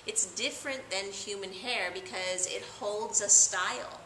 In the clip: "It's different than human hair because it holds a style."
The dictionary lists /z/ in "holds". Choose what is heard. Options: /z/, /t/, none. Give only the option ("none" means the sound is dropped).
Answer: /z/